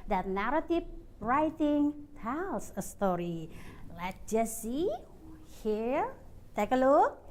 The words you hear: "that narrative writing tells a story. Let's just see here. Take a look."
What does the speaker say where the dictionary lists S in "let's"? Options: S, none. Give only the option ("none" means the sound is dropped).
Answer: none